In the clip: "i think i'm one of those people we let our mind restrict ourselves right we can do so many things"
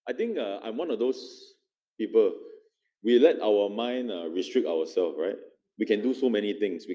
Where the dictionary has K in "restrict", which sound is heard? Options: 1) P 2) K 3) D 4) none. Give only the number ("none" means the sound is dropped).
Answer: 2